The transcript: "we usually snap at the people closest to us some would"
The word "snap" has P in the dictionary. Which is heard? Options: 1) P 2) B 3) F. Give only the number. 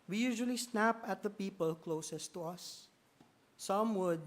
1